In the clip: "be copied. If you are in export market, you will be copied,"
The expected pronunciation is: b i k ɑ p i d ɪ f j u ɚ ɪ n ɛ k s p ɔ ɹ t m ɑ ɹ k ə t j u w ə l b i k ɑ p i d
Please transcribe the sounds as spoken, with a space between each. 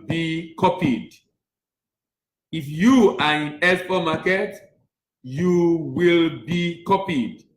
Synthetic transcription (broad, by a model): b i k ɑ p i d ɪ f j u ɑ ɪ n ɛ s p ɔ m ɑ k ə t j u w ə l b i k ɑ p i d